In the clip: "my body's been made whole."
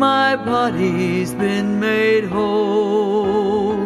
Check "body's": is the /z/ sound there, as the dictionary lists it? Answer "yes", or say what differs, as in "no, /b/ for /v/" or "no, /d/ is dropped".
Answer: yes